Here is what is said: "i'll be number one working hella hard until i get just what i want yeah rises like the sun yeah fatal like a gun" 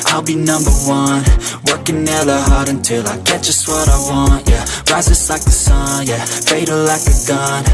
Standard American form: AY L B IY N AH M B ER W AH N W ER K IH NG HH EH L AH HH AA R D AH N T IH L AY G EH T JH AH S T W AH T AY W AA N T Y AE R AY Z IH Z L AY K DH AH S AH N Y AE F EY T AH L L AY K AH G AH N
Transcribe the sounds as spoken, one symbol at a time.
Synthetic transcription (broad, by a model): AY L B IY N AH M B ER W AH N W ER K IH NG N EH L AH HH AA R D AH N T IH L AY G EH T ZH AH S T W AH T AY W AA N T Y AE R AY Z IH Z L AY K DH AH S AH N Y AE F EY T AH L L AY K AH G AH N